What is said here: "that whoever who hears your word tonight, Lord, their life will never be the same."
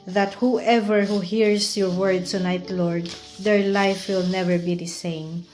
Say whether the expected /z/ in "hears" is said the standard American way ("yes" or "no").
no